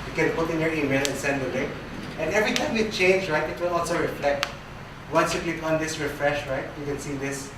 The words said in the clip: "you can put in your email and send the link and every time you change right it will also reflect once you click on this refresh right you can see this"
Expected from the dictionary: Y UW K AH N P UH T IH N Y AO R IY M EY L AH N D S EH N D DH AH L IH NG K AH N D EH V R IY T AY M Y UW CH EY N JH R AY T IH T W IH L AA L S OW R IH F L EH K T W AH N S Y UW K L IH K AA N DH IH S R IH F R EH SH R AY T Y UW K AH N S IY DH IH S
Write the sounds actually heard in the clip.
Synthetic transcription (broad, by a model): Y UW K AH N P UH T IH N Y AO R IY M EY L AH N S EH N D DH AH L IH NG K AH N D EH V R IY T AY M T CH EY N JH R AY T IH T W IH L AA L S OW R IH F L EH K T W AH N S Y UW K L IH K AA N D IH S R IH F R EH SH R AY T Y UW K AH N S IY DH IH S